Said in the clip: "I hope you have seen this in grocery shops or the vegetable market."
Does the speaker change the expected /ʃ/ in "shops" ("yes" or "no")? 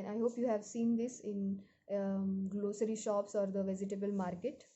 no